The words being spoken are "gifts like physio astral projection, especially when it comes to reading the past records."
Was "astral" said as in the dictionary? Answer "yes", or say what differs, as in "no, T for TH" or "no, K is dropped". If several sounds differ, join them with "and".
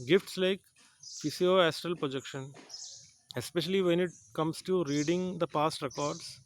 yes